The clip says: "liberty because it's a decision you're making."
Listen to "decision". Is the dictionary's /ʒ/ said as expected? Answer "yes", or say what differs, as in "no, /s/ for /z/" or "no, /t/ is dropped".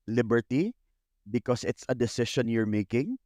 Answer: no, /ʃ/ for /ʒ/